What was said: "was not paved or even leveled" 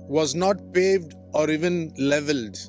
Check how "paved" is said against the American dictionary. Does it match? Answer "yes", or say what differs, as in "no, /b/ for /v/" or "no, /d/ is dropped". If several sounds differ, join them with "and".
yes